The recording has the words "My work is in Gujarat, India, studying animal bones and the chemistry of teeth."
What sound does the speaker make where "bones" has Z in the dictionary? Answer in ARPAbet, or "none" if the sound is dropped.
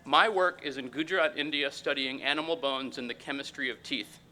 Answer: Z